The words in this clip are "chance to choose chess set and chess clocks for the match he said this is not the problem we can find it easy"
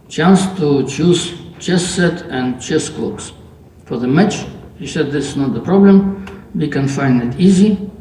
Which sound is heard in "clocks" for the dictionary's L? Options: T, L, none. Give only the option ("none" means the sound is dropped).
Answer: none